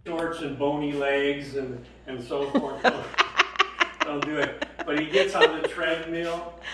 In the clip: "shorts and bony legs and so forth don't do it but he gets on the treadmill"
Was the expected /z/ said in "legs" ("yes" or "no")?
yes